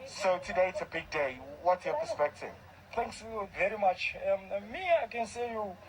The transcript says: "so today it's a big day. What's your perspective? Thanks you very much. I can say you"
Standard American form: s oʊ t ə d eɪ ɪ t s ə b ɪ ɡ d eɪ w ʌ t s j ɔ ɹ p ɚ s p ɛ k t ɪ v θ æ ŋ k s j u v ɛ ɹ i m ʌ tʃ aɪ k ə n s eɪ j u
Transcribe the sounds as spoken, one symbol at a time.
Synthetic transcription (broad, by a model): s oʊ t ə d eɪ ɪ t s ə b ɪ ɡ d eɪ w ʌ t j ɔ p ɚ s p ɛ k t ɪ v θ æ ŋ k s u v ɛ ɹ i m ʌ tʃ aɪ k ə n s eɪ j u